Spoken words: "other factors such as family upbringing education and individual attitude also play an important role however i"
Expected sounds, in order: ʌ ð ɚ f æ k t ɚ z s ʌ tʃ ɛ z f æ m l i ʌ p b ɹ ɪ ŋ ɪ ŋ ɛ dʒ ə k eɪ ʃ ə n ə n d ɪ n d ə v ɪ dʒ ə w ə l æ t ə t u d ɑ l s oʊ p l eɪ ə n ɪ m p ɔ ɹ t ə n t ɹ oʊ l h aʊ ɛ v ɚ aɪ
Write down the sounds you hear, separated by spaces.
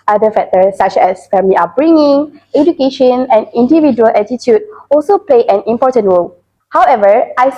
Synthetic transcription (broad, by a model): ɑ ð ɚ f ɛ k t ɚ s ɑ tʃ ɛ s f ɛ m i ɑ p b ɹ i ŋ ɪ ŋ ɛ dʒ ə k eɪ ʃ ə n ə n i n d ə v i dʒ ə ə l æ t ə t u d ɑ l s oʊ p l eɪ ə n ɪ m p ɔ t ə n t ɹ oʊ l h aʊ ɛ v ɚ aɪ